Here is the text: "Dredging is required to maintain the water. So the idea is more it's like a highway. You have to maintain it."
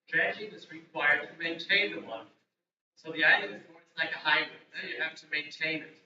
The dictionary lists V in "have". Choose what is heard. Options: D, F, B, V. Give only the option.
F